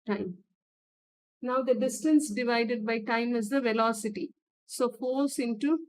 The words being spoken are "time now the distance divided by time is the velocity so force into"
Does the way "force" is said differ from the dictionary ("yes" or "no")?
yes